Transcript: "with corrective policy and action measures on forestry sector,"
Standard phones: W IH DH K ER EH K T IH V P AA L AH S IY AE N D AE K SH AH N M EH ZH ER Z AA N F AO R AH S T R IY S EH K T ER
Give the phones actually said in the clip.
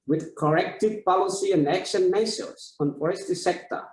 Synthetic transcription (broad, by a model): W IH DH K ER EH K T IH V P AA L AH S IY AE N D AE K SH AH N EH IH S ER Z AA N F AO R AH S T IY S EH K T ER